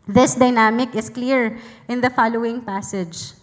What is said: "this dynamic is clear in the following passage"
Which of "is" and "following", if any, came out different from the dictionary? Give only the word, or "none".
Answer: is